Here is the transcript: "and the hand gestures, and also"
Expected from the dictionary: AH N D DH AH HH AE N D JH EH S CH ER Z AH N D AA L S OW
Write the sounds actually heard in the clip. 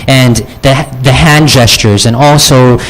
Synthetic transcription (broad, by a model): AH N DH DH AH HH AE N JH EH S CH ER Z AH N AA L S OW